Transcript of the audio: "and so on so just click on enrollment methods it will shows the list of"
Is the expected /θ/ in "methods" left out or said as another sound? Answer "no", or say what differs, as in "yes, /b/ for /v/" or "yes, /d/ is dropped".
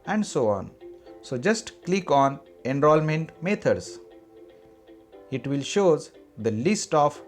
yes, /t/ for /θ/